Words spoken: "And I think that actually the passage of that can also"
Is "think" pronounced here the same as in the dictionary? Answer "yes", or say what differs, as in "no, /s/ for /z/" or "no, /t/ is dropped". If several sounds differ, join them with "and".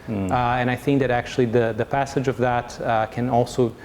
yes